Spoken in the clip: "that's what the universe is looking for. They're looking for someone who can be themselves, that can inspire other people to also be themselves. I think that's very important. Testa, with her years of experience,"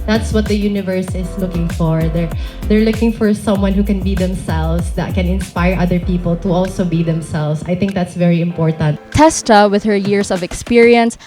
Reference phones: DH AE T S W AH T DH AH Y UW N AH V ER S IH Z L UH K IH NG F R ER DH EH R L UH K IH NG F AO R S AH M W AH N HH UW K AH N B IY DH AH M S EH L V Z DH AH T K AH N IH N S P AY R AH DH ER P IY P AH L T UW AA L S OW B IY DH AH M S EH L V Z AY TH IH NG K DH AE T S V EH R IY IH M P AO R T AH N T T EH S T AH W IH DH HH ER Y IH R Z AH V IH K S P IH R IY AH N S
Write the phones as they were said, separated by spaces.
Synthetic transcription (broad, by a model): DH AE T S W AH T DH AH Y UW N AH V ER S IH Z L UH K IH NG F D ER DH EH R L UH K IH NG F AO R S AH M W AH N HH UW K AH N B IY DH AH M S EH L V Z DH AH T K AH N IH N S P AY R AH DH ER P IY P AH L T UW AA L S OW B IY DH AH M S EH L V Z AY TH IH NG K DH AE T S V EH R IY IH M P AO R T AH N T T EH S T AH W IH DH HH ER Y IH R S AH V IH K S P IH R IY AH N S